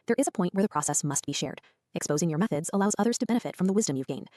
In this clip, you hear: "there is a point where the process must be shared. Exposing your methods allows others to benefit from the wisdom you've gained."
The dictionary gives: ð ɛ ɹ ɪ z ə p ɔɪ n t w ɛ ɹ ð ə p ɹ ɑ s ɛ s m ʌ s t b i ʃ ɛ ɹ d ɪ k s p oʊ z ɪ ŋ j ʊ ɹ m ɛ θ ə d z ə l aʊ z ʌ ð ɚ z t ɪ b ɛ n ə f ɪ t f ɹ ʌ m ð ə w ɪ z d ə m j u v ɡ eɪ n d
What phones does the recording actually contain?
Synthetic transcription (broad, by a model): ð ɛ ɹ ɪ z ə p ɔɪ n t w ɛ ɹ ð ə p ɹ ɑ s ɛ s m ʌ s t b i ʃ ɛ ɹ d ɪ k s p oʊ z ɪ ŋ j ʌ ɹ m ɛ θ ə d z ə l aʊ z ʌ ð ɚ z t ɪ b ɛ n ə f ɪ t f ɹ ʌ m ð ə w ɪ z d ə m j u v ɡ eɪ n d